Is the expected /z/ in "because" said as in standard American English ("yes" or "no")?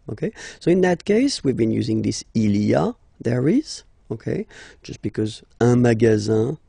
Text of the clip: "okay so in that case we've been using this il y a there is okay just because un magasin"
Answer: yes